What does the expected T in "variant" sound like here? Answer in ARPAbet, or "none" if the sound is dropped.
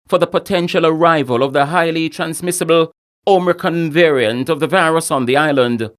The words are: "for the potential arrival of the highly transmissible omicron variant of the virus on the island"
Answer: T